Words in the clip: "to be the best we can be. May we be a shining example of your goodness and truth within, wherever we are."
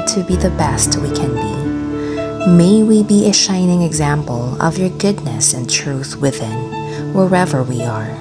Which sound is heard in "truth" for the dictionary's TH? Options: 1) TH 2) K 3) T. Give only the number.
1